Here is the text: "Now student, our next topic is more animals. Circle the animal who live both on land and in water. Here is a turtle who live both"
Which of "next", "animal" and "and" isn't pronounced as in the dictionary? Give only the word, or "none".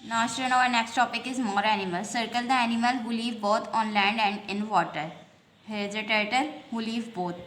none